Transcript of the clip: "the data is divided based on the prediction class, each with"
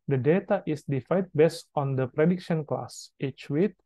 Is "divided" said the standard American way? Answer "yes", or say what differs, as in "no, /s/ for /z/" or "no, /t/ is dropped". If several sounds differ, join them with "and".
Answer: no, /f/ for /v/